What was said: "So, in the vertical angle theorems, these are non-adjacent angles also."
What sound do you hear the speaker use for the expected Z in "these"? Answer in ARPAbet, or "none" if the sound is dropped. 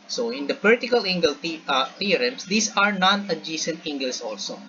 S